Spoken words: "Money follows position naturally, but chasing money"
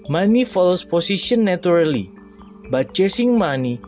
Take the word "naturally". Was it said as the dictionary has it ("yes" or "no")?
no